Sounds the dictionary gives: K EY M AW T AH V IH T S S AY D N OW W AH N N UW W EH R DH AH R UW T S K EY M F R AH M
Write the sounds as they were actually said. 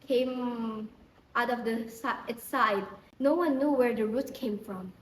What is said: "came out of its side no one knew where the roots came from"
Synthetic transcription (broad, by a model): K EY M AW T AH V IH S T S AY D N OW W AH N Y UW W EH R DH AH R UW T K EY M F R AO M